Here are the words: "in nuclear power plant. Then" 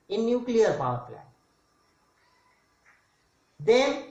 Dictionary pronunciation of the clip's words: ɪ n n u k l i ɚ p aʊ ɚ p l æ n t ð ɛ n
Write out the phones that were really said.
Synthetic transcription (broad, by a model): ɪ n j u k l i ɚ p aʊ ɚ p l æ t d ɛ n